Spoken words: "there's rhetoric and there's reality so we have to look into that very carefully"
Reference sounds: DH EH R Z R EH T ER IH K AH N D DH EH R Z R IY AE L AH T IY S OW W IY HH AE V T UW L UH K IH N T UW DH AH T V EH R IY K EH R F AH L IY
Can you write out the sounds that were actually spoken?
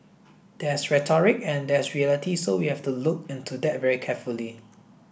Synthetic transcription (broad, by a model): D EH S R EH T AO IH K AH N D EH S R IY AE L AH T IY S OW W IY HH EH F T UW L UH K IH N T UW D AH T V EH R IY K EH F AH L IY